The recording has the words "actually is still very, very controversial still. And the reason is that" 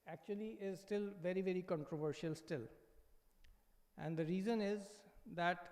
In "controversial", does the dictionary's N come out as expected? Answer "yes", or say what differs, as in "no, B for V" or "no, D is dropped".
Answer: yes